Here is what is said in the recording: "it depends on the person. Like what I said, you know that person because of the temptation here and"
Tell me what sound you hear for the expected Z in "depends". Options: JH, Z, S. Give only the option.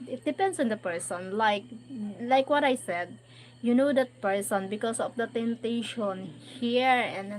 S